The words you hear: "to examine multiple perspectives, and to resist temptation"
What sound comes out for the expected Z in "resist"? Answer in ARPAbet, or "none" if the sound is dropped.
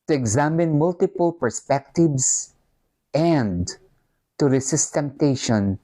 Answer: S